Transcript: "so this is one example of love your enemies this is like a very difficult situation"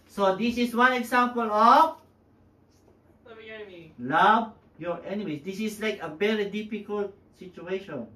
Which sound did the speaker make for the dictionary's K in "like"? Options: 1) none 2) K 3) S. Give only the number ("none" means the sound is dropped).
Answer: 2